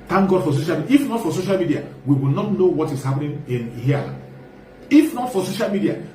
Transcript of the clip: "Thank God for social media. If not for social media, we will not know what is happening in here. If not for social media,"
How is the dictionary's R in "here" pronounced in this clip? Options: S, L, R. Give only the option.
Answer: L